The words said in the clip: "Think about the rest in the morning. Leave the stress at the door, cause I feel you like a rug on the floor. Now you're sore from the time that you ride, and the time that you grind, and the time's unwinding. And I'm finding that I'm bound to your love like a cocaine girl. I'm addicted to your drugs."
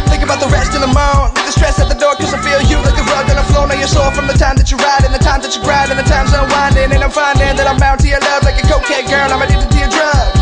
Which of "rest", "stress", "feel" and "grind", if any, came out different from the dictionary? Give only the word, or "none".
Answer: grind